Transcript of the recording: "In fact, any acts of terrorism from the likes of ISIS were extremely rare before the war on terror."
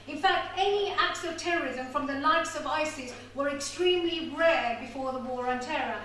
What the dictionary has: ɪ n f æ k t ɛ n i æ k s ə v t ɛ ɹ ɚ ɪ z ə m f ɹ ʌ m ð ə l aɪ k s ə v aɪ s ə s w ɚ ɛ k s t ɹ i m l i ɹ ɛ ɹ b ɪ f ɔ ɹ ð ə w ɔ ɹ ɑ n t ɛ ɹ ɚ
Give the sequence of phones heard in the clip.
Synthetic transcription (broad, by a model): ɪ n f æ k t ɛ n i æ k s ə v t ɛ ɹ ɚ ɪ z ə m f ɹ ʌ m ð ə l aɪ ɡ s ə v aɪ s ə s w ɚ ɛ k s t ɹ i m l i ɹ ɛ ɹ b ɪ f ɔ ɹ ð ə w ɔ ɹ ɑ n t ɛ ɹ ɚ